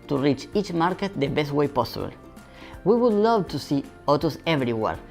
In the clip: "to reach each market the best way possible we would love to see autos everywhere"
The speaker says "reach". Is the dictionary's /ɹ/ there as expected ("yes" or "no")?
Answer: yes